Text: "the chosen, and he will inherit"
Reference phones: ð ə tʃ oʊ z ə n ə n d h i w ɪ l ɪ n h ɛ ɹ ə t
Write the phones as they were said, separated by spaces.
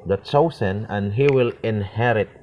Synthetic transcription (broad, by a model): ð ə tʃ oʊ s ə n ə n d h i w ɪ l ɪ n h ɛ ɹ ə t